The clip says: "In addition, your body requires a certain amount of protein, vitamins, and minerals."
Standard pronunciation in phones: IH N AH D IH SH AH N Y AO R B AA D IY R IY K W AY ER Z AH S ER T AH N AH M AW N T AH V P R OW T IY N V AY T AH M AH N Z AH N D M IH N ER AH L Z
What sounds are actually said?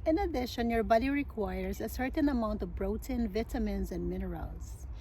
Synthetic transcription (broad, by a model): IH N AH D IH SH AH N Y AO R B AA D IY R IY K W AY ER Z AH S ER T AH N AH M AW N T AH V B R OW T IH N V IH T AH M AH N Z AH N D M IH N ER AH L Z